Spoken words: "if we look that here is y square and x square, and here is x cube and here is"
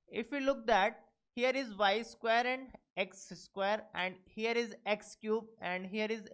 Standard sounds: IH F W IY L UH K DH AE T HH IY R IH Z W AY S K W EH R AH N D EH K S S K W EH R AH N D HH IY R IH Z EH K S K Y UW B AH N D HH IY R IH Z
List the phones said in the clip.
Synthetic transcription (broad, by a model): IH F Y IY L UH K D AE T HH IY R IH Z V AY S K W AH R AH N D EH K S S K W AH R AH N D HH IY R IH Z EH K S K Y UW B AH N D HH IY R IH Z